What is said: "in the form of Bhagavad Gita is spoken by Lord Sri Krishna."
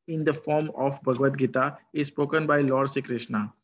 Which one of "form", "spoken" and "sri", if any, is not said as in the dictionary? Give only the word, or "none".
sri